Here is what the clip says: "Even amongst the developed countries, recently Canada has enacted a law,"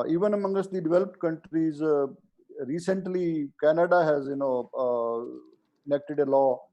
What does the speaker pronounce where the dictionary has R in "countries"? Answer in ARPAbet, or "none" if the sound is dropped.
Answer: R